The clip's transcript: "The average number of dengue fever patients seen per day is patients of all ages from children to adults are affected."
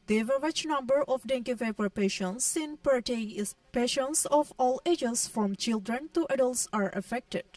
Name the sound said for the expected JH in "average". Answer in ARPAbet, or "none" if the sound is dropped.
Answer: CH